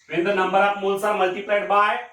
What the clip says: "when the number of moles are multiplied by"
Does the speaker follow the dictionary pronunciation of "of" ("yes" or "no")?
no